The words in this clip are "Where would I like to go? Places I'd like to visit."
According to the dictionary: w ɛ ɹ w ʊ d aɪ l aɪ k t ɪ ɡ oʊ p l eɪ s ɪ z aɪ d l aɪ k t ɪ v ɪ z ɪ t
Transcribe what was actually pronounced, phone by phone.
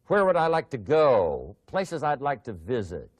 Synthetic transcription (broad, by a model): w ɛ ɹ w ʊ d aɪ l aɪ k t ɪ ɡ oʊ p l eɪ s ɪ z aɪ d l aɪ k t ɪ v ɪ z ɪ t